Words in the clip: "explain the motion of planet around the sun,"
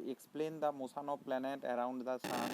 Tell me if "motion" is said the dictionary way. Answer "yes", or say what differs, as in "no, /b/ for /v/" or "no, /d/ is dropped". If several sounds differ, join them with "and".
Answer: no, /s/ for /ʃ/